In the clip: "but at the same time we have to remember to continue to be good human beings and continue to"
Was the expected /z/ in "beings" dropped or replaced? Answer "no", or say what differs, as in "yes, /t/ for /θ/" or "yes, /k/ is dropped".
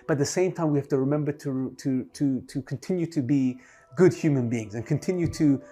no